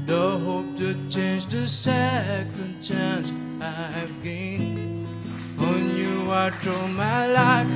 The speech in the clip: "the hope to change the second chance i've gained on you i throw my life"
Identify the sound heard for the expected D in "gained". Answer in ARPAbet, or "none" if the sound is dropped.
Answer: none